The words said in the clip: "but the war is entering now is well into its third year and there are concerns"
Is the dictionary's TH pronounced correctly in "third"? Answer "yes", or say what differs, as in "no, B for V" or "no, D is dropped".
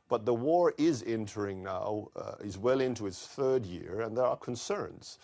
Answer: yes